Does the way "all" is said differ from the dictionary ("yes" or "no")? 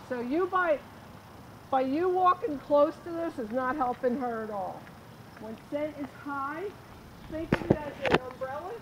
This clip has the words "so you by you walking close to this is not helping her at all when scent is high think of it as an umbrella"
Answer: no